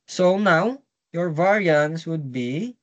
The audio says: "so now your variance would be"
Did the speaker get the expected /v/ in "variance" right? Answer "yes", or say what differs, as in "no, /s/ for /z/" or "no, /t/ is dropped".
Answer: yes